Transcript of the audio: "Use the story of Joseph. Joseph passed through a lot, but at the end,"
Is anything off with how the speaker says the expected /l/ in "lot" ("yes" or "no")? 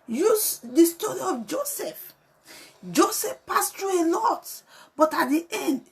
yes